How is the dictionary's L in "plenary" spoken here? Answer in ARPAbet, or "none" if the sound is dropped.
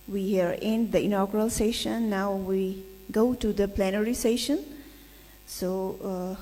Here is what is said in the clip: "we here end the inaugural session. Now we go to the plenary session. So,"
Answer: L